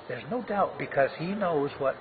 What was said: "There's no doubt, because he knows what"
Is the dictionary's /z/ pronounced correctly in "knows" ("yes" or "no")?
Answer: yes